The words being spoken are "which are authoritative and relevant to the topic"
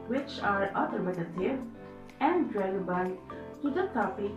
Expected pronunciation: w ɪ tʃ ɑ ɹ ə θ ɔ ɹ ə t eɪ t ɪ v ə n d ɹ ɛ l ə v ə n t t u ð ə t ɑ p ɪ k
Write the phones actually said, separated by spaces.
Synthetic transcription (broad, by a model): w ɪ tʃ ɑ ɹ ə t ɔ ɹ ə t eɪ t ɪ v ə n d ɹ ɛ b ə ə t t u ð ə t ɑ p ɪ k